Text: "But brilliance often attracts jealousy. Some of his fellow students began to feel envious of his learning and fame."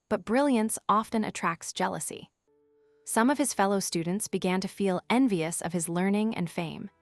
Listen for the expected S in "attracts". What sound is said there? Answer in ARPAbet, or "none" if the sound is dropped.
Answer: S